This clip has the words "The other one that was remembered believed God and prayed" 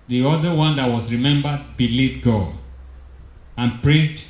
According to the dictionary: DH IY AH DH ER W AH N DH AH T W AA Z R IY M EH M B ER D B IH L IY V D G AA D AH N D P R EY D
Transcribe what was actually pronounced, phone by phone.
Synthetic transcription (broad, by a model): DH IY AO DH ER W AH N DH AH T W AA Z R IY M EH M B ER D B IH L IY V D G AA AH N P R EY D